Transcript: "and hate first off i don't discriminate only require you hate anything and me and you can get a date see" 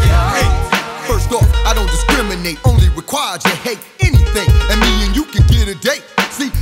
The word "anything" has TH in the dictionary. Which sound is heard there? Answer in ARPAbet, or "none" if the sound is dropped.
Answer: TH